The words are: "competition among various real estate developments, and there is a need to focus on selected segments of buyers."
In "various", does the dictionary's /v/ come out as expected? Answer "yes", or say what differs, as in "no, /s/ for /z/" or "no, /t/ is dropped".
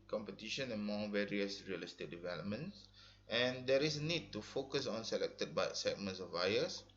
yes